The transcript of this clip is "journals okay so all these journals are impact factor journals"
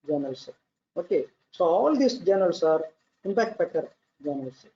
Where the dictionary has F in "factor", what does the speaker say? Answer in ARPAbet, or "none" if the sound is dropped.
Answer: P